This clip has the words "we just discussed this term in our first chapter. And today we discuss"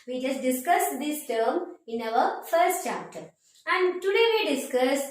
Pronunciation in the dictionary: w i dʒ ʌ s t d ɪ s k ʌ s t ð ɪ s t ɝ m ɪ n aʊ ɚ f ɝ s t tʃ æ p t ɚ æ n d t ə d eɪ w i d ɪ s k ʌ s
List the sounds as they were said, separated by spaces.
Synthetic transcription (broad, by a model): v i dʒ ʌ s t d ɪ s k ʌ s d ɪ s t ɝ m ɪ n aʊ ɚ f ɝ s t tʃ æ p t ɚ æ n d t ə d eɪ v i d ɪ s k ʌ s